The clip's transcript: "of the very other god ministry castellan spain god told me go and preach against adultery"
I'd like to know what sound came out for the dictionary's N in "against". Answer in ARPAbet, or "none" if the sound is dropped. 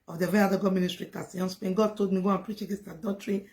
none